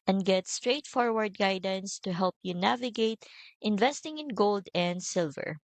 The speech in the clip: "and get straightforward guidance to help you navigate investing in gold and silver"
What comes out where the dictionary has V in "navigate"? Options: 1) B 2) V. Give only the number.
2